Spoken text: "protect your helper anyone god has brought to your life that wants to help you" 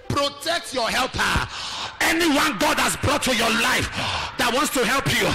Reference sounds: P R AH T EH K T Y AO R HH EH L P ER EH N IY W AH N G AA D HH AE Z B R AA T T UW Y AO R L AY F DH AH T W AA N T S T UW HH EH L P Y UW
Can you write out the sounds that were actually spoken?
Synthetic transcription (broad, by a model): P R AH T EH K T Y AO HH EH L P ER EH N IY W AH N G AA D HH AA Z B R AA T T UW Y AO L AY F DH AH T W AA N T S T UW HH EH L P Y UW